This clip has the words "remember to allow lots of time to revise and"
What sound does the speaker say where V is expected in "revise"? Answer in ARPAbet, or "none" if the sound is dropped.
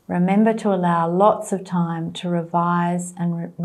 V